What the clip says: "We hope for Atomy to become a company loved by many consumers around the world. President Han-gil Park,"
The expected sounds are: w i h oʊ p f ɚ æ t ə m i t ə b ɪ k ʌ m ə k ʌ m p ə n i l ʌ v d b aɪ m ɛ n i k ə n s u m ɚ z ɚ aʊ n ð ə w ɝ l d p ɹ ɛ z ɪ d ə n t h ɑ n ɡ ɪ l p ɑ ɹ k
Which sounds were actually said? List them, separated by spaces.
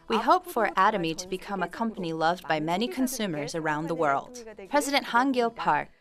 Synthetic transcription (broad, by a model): w i h oʊ p f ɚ æ t ə m i t ə b ɪ k ʌ m ə k ʌ m p ə n i l ʌ v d b aɪ m ɛ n i k ə n s u m ɚ z ɚ aʊ n ð ə w ɝ l d p ɹ ɛ z ɪ d ə n t h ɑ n ɡ ɪ l p ɑ ɹ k